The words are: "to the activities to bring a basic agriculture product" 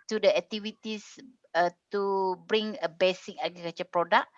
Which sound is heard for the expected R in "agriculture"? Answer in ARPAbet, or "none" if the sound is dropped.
none